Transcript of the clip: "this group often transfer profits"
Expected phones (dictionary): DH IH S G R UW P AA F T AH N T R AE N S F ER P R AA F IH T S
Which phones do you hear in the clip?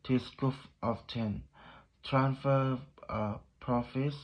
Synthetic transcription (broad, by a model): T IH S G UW F AA F T AH N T R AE N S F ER P R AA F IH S